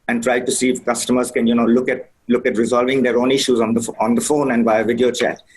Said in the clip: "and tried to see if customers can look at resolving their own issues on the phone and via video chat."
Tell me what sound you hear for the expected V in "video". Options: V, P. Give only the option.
V